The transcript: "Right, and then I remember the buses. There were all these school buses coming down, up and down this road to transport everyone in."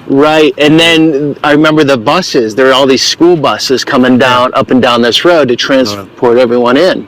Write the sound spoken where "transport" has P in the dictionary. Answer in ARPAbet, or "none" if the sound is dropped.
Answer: P